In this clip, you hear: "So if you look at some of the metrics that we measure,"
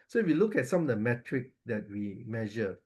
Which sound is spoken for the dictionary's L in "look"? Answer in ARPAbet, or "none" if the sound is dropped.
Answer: L